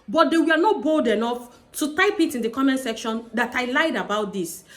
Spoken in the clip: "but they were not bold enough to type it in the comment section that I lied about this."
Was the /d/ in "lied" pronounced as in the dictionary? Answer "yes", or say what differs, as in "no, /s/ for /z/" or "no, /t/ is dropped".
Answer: yes